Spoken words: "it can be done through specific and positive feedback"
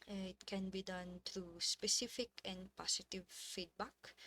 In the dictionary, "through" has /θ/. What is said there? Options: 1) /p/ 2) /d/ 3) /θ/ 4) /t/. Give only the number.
4